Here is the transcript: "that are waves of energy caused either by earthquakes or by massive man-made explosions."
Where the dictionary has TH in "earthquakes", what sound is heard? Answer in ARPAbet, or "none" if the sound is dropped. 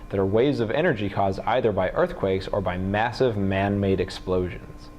TH